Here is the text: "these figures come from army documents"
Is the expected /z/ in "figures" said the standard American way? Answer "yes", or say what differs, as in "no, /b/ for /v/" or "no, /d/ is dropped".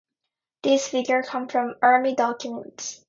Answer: no, /z/ is dropped